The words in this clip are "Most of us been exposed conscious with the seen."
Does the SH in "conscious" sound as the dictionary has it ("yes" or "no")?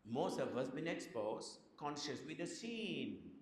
yes